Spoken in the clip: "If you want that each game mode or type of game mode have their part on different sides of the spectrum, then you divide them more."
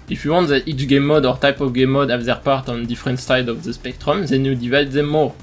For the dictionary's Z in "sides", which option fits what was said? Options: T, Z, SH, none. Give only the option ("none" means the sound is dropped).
none